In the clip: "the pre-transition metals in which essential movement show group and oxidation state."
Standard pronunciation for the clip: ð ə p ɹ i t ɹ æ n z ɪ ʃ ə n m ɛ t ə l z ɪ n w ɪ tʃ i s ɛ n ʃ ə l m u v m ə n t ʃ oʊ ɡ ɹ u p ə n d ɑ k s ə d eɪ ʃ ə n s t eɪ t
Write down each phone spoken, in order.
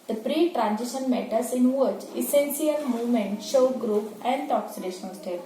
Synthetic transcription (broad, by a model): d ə p ɹ i t ɹ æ n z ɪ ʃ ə n m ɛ t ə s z ɪ n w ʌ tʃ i s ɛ n s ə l m u v m ə n t ʃ oʊ ɡ ɹ u p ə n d ɑ k s ə d eɪ ʃ ə n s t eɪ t